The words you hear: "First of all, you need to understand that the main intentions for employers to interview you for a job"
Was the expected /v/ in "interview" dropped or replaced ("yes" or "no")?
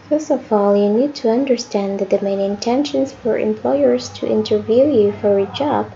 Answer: no